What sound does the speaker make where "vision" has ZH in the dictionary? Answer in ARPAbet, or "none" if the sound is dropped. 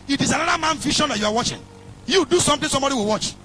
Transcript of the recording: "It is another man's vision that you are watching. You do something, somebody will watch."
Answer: SH